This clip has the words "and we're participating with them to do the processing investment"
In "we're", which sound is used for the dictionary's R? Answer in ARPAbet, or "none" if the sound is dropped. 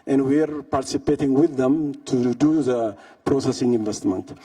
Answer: R